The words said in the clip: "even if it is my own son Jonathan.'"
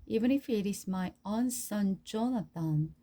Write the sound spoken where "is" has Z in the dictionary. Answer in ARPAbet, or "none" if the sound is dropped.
S